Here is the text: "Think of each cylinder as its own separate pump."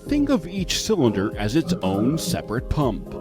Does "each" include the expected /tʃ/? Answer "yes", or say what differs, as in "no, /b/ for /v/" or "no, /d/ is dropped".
yes